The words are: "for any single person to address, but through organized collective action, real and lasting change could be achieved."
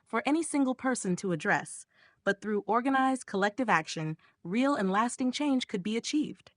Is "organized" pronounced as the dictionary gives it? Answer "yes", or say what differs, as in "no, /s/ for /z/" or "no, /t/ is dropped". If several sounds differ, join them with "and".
yes